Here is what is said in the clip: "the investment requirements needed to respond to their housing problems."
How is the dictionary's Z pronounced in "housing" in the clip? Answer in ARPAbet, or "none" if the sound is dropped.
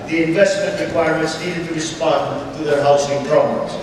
S